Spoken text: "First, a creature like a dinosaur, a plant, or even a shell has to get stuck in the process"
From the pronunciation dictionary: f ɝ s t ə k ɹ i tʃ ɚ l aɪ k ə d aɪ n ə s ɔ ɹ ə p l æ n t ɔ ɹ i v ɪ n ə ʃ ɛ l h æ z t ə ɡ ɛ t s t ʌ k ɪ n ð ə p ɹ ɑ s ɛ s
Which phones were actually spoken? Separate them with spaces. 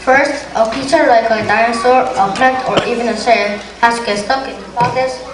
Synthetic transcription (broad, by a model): f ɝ s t ə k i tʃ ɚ l aɪ k ə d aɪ ə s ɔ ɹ ə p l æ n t ɔ ɹ i v ɪ n ə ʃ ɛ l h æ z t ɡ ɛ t s t ʌ k ɪ n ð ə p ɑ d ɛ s